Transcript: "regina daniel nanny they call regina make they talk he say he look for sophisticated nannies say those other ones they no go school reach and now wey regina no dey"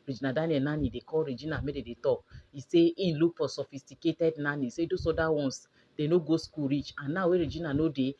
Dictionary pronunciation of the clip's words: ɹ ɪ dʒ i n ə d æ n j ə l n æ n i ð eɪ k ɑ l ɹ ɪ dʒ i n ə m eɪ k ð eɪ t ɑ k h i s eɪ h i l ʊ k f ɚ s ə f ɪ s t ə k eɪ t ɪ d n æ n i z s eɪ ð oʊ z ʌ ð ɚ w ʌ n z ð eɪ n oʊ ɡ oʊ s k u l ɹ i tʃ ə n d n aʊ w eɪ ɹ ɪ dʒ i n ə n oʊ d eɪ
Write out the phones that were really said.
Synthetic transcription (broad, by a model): ɹ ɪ dʒ i n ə d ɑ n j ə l n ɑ n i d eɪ k ɑ l ɹ ɪ dʒ i n ə m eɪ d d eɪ t ɑ k i s eɪ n l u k p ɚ s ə f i s t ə k eɪ t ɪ d n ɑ n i s eɪ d oʊ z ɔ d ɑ w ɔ n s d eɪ n oʊ ɡ oʊ s k u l ɹ i tʃ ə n n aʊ w eɪ ɹ ɪ dʒ i n ə n oʊ d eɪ